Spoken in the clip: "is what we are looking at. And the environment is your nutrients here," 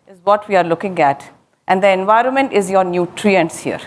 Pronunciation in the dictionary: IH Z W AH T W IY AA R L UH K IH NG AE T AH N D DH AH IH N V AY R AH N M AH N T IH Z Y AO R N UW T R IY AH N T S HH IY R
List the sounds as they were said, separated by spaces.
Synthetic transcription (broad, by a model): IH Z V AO T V IY AA R L UH K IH NG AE T AH N D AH IH N V AY R AH N M AH N T IH Z Y AO R N UW T R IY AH N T S HH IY R